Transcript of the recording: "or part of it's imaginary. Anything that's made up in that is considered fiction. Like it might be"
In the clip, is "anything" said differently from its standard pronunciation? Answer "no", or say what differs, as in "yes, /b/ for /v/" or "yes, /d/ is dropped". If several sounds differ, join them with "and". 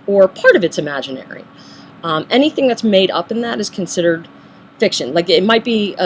no